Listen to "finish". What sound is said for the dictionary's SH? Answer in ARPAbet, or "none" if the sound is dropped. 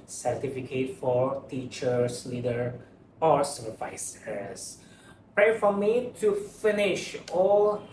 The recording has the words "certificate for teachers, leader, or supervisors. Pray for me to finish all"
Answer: SH